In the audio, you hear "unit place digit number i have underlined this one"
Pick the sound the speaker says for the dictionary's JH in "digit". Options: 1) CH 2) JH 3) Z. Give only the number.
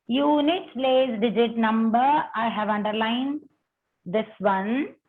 2